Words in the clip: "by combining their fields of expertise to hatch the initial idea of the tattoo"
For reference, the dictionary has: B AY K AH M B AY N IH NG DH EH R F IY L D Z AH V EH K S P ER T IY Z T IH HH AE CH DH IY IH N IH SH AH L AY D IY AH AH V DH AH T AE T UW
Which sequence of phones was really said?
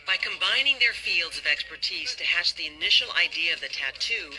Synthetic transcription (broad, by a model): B AY K AH M B AY N IH NG DH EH R F IY L D Z AH V EH K S P ER T IY Z T IH HH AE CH DH IY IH N IH SH L AY D IY AH AH V DH AH T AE T UW